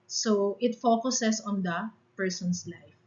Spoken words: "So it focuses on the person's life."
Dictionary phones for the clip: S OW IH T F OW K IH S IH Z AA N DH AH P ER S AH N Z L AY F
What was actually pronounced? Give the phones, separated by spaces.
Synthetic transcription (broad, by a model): S OW IH T F OW K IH S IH S AA N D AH P ER S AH N S L AY F